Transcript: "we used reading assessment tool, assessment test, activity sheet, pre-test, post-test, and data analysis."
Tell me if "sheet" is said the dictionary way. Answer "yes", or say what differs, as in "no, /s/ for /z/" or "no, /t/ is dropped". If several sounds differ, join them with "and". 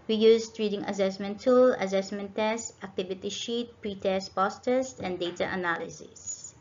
yes